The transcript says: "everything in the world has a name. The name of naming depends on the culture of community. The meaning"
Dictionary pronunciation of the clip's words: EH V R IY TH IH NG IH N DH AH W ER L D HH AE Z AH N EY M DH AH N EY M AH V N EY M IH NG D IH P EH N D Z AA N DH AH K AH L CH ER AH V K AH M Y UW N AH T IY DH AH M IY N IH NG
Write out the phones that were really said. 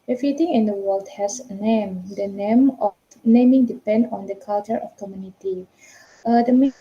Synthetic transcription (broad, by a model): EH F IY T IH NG IH N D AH W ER L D HH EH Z AH N EY M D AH N EY M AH F N EY M IH NG D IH P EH N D AA N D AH K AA L CH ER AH F K AH M Y UW N AH T IY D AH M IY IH